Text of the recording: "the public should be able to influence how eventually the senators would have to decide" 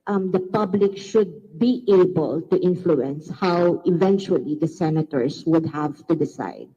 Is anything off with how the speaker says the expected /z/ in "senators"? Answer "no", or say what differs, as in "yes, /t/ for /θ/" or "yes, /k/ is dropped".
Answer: yes, /s/ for /z/